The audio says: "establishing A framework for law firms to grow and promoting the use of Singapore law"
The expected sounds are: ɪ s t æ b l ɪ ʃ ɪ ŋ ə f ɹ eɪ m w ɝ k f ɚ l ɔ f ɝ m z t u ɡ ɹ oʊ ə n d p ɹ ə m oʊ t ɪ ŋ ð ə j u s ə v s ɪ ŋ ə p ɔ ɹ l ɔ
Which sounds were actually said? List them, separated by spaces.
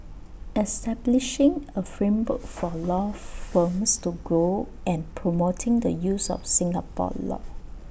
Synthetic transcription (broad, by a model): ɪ s t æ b l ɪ ʃ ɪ ŋ ə f ɹ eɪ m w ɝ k f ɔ l ɔ f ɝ m s t u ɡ oʊ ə n p ɹ ə m oʊ t ɪ ŋ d ə j u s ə f s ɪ ŋ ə p ɔ l ɔ